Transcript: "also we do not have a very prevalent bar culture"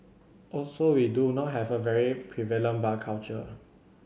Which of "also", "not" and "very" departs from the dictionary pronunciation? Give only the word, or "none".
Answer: none